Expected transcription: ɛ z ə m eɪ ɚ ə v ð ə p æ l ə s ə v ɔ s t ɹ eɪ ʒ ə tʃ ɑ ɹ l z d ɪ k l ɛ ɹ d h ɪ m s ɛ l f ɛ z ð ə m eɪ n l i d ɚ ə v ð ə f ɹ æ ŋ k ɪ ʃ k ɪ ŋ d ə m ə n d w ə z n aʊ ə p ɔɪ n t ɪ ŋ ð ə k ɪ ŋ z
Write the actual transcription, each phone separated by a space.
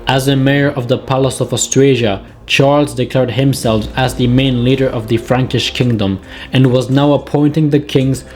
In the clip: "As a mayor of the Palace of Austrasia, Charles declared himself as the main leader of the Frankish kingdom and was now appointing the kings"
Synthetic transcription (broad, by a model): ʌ z ə m eɪ ɚ ə v ð ə p æ l ə s ə v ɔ s t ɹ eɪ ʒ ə tʃ ɑ ɹ l z d ɪ k l ɛ ɹ d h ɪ m s ɛ l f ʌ z ð ə m eɪ n l i d ɚ ə v ð ə f ɹ æ ŋ k ɪ ʃ k ɪ ŋ d ə m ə n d w ə z n aʊ ə p ɔɪ n t ɪ ŋ ð ə k ɪ ŋ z